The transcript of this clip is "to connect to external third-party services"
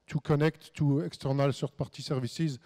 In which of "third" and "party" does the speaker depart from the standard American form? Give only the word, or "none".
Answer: third